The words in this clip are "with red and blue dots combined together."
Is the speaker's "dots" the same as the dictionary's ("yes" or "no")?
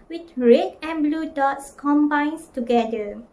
yes